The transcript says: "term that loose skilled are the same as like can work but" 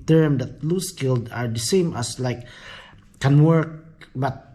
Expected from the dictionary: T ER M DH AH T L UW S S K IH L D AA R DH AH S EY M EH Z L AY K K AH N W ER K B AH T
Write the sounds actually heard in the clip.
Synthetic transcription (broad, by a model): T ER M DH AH T L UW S S K IH L D AA R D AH S EY M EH S L AY K K AH N W ER K B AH T